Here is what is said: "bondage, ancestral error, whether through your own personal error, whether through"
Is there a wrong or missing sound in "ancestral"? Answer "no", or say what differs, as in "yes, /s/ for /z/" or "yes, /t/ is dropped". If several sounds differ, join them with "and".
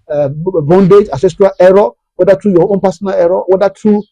yes, /n/ is dropped